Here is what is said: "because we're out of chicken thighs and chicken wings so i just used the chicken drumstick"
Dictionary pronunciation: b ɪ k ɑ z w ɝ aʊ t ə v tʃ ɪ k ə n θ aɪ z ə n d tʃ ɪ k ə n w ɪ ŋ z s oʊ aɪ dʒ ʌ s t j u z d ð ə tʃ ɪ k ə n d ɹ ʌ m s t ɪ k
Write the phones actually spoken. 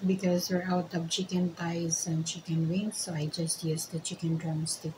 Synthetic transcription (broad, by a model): b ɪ k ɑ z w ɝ aʊ t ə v tʃ ɪ k ə n t aɪ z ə n tʃ ɪ k ə n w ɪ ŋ s oʊ aɪ dʒ ʌ s t j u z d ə tʃ ɪ k ə n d ɹ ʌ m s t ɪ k